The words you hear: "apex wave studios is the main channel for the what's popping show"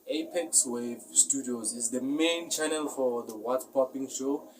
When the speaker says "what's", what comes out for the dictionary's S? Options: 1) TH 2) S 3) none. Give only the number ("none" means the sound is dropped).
3